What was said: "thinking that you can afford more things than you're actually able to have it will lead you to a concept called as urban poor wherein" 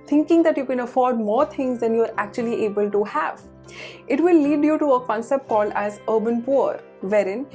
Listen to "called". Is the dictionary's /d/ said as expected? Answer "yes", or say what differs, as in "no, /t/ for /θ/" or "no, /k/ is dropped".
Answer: no, /d/ is dropped